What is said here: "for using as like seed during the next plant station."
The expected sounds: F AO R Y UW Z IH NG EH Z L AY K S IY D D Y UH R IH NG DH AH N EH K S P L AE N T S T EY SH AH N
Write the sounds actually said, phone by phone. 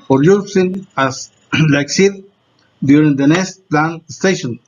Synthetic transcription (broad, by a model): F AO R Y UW S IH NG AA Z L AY K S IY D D Y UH R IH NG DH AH N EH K S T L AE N S T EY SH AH N